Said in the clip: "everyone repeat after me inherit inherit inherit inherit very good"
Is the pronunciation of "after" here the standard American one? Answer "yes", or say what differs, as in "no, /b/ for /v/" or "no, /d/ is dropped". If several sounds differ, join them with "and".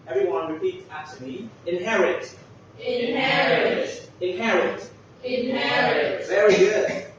no, /f/ is dropped